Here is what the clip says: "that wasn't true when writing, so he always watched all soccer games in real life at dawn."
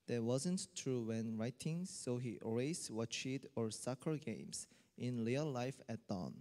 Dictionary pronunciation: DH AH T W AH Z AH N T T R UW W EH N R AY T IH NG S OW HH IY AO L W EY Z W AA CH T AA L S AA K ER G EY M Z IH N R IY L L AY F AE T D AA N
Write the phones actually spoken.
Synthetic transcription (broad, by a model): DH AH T W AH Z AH N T T R UW W EH N R AY T IH NG S OW HH IY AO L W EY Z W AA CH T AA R S AA K ER G EY M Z IH N L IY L L AY F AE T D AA N